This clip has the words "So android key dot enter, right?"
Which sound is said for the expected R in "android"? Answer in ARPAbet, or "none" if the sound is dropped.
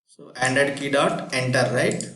none